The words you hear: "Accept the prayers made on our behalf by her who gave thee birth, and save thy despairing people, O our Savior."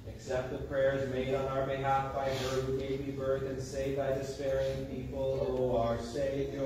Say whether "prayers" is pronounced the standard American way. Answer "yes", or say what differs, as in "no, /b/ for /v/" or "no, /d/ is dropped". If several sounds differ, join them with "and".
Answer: yes